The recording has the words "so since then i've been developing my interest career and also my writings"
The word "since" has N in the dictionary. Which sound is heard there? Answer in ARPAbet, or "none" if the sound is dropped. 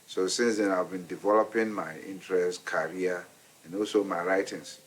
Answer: N